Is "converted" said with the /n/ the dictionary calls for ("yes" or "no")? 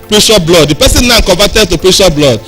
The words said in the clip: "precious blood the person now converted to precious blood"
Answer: no